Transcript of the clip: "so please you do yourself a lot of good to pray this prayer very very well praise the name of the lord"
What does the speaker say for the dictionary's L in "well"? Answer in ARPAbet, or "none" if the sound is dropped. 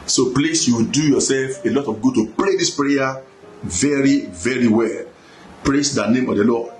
L